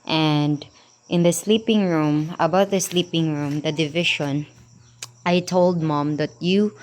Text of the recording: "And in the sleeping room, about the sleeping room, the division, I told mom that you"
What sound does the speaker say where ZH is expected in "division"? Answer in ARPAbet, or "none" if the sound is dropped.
SH